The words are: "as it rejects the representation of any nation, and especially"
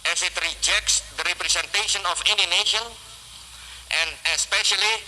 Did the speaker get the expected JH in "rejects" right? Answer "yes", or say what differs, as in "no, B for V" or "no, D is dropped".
yes